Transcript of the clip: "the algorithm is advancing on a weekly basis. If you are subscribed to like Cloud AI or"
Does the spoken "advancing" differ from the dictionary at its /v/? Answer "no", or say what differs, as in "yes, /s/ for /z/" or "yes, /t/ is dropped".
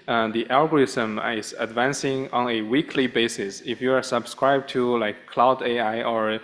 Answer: no